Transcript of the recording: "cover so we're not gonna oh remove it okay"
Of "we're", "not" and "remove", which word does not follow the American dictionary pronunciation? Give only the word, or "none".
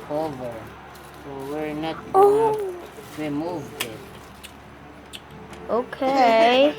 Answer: remove